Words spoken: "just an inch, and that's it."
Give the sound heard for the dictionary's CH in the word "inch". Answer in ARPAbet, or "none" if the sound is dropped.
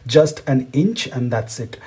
CH